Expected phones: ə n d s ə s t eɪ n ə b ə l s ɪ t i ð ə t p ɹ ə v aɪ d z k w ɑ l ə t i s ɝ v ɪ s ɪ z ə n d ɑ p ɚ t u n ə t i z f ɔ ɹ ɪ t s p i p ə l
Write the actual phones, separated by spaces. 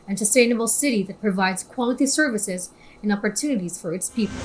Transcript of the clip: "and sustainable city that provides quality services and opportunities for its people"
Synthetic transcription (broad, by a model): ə n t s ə s t eɪ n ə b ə l s ɪ t i ð ə t p ɹ ə v aɪ d z k w ɑ l ə t i s ɝ v ɪ s ɪ z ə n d ɑ p ɚ t u n ə t i z f ɔ ɹ ɪ t s p i p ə l